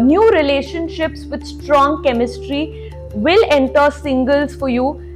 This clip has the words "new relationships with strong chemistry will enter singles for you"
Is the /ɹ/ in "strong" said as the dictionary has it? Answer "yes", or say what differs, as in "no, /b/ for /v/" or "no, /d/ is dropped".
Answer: yes